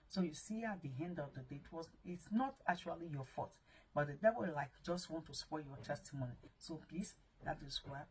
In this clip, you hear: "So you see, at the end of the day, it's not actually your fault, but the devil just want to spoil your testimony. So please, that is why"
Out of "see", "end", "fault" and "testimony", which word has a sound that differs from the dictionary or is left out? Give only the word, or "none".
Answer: fault